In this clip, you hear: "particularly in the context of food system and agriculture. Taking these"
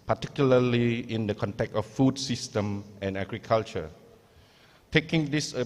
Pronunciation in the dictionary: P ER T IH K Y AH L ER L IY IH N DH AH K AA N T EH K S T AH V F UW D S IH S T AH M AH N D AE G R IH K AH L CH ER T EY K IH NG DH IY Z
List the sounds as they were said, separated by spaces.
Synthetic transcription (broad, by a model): P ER T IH K Y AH L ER L IY IH N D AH K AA N T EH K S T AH F F UW D S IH S T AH M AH N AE G R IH K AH L CH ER T EY K IH NG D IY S